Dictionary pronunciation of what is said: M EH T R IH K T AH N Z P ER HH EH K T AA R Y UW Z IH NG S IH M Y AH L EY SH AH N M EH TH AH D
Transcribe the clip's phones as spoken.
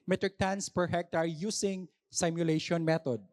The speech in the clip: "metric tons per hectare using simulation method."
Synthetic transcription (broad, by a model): M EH T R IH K T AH N S P ER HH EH K T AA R Y UW S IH NG S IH M Y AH L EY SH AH N M EH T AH D